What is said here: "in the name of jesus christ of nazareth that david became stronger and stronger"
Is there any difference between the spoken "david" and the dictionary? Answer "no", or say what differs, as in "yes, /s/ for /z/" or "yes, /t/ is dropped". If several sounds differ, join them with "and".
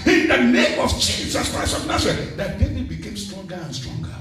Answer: yes, /v/ is dropped